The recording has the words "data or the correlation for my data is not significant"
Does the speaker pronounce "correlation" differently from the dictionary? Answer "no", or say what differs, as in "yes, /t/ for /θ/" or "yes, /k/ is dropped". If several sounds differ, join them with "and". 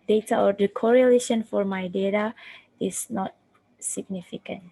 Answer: no